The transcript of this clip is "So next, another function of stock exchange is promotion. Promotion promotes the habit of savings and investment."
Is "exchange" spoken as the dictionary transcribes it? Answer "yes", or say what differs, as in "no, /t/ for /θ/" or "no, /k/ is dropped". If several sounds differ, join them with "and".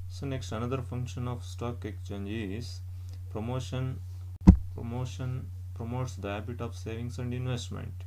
no, /s/ is dropped